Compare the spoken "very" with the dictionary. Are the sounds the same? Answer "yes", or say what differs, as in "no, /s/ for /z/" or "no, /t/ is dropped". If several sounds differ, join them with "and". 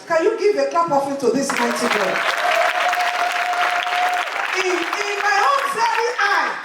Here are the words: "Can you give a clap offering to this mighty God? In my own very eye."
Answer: no, /f/ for /v/